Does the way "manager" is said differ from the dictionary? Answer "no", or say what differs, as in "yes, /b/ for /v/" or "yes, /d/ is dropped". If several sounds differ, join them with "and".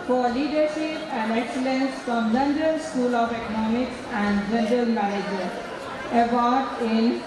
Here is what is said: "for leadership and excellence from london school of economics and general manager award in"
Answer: yes, /n/ is dropped